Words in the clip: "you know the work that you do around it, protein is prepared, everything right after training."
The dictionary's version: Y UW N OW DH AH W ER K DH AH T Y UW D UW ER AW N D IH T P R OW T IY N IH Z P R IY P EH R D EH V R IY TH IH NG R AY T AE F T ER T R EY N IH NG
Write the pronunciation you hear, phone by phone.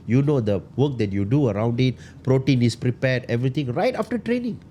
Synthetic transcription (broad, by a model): Y UW N OW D AH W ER K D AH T Y UW D UW ER AW N D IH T P R OW T IY N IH S P R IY P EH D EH V R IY T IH NG R AY T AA F T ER T R EY N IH NG